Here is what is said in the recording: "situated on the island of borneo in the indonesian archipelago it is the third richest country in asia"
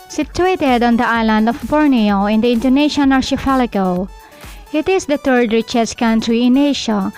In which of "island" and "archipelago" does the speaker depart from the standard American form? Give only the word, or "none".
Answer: archipelago